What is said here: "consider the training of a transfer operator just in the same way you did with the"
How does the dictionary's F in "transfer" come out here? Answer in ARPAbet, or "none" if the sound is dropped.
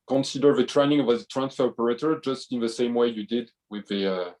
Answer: F